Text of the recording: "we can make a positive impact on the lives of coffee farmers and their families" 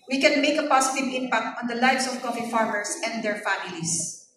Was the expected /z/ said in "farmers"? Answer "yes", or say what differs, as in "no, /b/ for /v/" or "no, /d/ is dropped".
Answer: no, /s/ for /z/